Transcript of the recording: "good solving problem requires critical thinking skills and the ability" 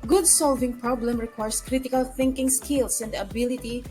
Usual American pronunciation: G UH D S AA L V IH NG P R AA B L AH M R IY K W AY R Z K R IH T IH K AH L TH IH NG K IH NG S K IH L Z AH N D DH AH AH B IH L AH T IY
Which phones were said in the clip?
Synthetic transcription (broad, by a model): G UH D S AA L V IH NG P R AA B L AH M R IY K W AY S K R IH T IH K AH L TH IH NG K IH NG S K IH L S AH N D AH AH B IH L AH T IY